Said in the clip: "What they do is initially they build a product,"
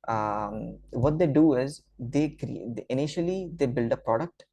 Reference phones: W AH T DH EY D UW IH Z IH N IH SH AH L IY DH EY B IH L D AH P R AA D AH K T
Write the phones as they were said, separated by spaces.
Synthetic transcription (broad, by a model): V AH T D EY D UW IH Z IH N IH SH AH L IY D EY B IH L D AH P R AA D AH K T